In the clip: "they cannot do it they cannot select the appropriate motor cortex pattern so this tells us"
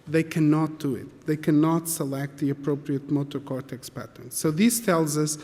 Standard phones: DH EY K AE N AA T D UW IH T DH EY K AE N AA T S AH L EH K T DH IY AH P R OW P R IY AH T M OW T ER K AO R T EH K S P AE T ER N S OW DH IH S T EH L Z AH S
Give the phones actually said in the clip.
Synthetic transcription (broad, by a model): DH EY K AE N AA T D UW IH T DH EY K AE N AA T S AH L EH K T DH IY AH P R OW P R IY AH T M OW T ER K AO R T EH K S P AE T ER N S OW DH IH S T EH L Z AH S